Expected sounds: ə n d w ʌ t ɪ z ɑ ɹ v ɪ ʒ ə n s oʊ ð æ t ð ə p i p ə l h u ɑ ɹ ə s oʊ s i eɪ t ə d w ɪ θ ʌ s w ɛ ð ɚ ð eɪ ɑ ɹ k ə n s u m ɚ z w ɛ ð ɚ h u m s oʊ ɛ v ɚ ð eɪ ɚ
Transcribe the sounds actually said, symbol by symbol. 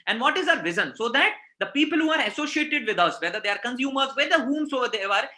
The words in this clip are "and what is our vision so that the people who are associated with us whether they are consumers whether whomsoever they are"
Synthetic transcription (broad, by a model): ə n d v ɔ t ɪ z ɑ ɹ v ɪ z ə n s oʊ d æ t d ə p i p ə l h u ɑ ɹ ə s oʊ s i eɪ t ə d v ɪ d ʌ s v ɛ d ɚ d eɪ ɑ ɹ k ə n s u m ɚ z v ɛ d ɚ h u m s oʊ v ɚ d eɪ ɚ